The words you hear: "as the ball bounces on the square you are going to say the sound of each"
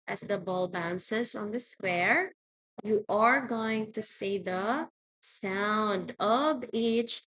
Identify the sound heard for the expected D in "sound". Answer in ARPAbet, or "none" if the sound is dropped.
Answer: D